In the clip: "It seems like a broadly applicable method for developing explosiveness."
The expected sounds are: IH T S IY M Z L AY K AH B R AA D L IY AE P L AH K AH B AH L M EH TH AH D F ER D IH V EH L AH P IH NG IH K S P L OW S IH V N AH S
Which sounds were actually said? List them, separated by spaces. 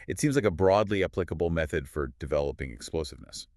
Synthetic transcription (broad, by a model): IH T S IY M Z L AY K AH B R AA D L IY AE P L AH K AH B L M EH TH AH D F ER D IH V EH L AH P IH NG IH K S P L OW S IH V N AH S